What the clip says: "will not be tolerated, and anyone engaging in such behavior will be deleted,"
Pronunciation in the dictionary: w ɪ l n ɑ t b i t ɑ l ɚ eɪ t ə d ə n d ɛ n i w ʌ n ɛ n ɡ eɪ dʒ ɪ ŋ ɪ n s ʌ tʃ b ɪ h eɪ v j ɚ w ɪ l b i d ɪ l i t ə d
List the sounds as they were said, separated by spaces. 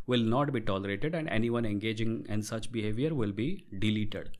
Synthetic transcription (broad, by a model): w ɪ l n ɑ t b i t ɑ l ɚ eɪ t ə d ə n d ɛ n i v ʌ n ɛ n ɡ eɪ dʒ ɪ ŋ ɪ n s ʌ tʃ b ɪ h eɪ v j ɚ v ɪ l b i d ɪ l i t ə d